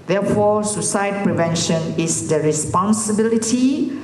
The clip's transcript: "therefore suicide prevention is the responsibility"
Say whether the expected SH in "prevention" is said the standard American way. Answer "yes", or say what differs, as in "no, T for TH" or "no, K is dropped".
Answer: yes